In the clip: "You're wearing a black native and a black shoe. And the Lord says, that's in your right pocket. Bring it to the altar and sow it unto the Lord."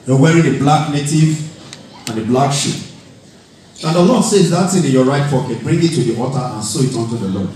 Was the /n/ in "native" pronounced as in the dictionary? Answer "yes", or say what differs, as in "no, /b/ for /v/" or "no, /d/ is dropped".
yes